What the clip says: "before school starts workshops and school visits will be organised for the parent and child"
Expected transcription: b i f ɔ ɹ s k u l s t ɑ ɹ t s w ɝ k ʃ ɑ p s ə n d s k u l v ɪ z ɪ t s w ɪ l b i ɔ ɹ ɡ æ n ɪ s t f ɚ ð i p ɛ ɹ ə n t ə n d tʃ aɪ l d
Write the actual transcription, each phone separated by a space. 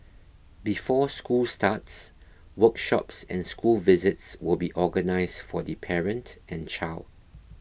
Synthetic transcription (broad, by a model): b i f ɔ s k u l s t ɑ t s w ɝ k ʃ ɑ p s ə n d s k u l v ɪ z ɪ t s w ɪ l b i ɔ ɡ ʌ n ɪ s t f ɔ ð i p ɛ ɹ ə n t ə n tʃ aɪ l d